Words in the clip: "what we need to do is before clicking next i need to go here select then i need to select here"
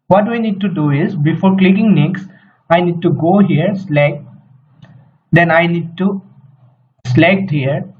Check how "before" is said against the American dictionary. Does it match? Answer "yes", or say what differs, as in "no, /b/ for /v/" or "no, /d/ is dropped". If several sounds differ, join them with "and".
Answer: yes